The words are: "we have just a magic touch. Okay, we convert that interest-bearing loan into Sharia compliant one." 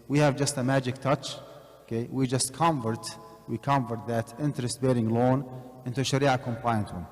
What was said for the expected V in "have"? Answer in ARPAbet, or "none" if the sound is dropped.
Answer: V